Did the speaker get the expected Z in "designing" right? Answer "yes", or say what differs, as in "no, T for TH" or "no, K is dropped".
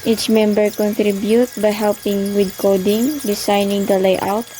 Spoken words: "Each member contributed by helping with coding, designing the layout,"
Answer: no, S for Z